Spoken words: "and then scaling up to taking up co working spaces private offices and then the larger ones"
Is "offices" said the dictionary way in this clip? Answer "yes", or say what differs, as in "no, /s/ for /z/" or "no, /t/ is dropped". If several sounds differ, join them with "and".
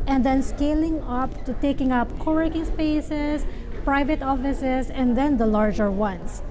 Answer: no, /s/ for /z/